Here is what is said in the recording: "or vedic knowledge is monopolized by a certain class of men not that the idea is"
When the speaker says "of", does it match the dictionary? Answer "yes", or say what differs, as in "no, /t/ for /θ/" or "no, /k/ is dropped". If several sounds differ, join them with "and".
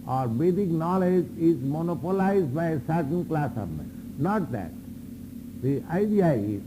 no, /b/ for /v/